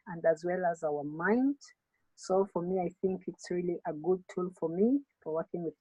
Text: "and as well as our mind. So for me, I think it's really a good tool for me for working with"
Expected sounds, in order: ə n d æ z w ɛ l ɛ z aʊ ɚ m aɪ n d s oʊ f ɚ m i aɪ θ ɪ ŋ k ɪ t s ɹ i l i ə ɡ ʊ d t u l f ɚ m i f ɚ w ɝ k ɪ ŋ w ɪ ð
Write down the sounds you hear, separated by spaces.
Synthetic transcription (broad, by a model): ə n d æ z w ɛ l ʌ z aʊ ɚ m aɪ n d s oʊ f ɚ m i aɪ θ ɪ ŋ k ɪ t s ɹ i l i ə ɡ ʊ d t u l f ɚ m i f ɚ w ɝ k ɪ ŋ w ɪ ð